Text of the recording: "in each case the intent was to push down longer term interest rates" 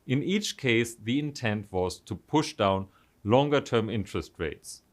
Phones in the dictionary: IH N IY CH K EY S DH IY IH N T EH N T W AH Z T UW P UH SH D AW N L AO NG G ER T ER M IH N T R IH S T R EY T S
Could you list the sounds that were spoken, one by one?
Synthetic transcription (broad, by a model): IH N IY CH K EY S DH IY IH N T EH N T W AH Z T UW P UH SH D AW N L AO NG G ER T ER M IH N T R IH S T R EY T S